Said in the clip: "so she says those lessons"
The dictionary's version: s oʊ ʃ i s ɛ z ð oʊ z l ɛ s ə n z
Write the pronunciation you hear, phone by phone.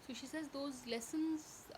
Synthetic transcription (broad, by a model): s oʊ ʃ i s ɛ z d oʊ z l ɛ s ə n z